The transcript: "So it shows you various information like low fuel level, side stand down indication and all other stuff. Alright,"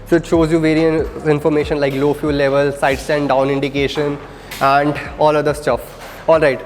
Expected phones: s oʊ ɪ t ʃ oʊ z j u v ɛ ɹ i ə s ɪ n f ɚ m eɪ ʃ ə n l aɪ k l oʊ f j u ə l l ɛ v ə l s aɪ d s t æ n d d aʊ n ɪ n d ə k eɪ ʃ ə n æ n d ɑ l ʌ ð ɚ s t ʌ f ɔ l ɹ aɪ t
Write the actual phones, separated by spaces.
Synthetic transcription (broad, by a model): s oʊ ɪ t ʃ oʊ z j u v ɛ ɹ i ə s ɪ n f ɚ m eɪ ʃ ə n l aɪ k l oʊ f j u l l ɛ v ə l s aɪ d s t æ n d d aʊ n ɪ n d ə k eɪ ʃ ə n æ n d ɑ l ʌ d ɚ s t ʌ f ɔ l ɹ aɪ t